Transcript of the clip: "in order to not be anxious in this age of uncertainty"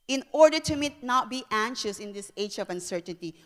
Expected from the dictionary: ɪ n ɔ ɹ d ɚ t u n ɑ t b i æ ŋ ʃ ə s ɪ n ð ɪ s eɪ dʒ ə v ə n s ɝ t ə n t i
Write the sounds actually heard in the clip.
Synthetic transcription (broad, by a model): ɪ n ɔ ɹ d ɚ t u n ɑ t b i æ ŋ ʃ ə s ɪ n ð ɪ s eɪ dʒ ə v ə n s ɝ t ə n t i